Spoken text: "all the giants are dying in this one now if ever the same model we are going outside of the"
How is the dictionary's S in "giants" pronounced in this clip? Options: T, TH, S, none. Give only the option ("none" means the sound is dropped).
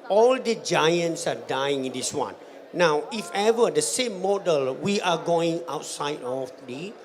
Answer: S